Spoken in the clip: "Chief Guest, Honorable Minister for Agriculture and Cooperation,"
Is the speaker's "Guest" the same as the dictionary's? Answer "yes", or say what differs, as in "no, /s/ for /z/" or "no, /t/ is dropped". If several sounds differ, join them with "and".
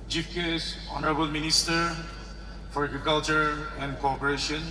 no, /t/ is dropped